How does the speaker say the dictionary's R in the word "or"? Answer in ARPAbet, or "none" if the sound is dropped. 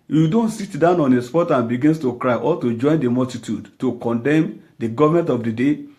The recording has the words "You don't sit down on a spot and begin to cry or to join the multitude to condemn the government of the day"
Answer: L